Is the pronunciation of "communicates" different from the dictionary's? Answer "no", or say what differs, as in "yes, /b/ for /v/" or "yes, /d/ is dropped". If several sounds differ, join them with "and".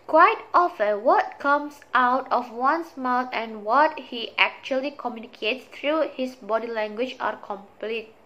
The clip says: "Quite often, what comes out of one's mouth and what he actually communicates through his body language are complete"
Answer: no